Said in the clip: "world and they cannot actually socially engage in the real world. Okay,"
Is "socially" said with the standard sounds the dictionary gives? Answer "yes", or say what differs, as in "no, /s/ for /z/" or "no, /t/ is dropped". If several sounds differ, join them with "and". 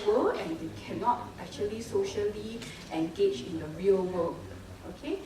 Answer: yes